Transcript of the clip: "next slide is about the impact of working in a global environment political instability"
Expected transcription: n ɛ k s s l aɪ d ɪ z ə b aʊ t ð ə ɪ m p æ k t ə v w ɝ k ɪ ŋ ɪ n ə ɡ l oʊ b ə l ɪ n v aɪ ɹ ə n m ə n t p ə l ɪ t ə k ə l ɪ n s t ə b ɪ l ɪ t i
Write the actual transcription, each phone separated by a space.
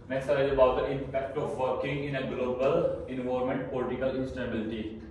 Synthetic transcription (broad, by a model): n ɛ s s aɪ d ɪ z ə b aʊ t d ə ɪ m p æ k t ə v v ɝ k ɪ ŋ ɪ n ə ɡ l oʊ b ə l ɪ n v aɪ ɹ m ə n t p ə l ɪ t ə k ə l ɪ n s t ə b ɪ l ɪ t i